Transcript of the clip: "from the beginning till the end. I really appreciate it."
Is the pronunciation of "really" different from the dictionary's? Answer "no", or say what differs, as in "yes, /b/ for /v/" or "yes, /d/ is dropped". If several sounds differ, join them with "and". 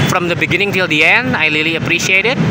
yes, /l/ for /ɹ/